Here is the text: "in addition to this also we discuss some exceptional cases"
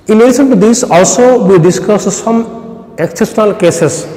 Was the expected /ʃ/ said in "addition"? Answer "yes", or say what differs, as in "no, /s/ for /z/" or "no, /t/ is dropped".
no, /s/ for /ʃ/